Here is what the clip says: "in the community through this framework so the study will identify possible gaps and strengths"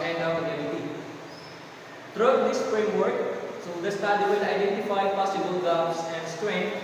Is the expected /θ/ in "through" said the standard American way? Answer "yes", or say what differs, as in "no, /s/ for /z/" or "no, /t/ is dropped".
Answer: no, /t/ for /θ/